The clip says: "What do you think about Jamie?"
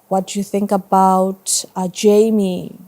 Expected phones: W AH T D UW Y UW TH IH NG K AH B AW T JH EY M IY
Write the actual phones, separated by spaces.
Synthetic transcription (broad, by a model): W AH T D UW Y UW TH IH NG K AH B AW T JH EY M IY